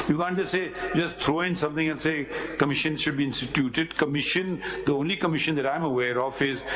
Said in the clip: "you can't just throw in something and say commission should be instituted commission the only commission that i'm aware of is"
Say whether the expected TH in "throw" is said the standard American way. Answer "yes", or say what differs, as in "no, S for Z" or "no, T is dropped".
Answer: no, T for TH